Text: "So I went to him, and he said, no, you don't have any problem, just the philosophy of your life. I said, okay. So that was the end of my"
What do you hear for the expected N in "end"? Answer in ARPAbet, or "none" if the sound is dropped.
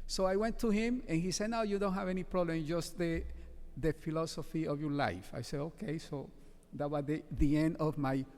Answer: N